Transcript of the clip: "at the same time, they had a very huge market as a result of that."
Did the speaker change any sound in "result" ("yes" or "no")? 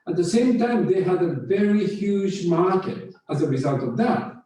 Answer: no